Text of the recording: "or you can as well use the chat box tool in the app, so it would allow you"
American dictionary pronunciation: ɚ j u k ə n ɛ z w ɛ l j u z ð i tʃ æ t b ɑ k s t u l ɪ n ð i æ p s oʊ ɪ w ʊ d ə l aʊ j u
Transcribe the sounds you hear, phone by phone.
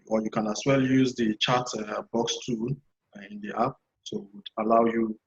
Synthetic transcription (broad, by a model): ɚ j u k ə n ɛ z w ɛ l j u z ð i tʃ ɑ t b ɑ k s t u ɪ n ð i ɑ p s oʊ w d ə l aʊ j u